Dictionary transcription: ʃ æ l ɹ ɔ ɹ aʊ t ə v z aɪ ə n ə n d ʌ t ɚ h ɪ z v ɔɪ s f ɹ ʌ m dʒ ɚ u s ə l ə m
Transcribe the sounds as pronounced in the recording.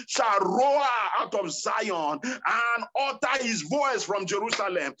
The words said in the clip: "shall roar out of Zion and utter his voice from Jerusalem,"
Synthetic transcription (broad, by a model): ʃ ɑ l ɹ ɔ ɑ aʊ t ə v z aɪ ə n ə n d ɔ t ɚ h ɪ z v ɔɪ s f ɹ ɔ m dʒ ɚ u s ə l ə m